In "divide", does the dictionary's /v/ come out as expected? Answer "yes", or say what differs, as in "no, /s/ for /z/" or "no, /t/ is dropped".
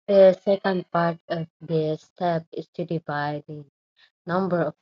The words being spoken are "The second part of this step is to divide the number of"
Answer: no, /b/ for /v/